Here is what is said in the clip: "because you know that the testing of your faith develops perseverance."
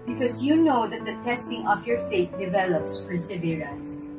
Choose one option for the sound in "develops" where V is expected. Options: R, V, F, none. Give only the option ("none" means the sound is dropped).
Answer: V